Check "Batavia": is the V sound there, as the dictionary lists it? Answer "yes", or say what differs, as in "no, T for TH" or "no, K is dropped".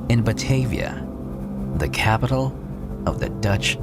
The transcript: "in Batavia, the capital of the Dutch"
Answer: yes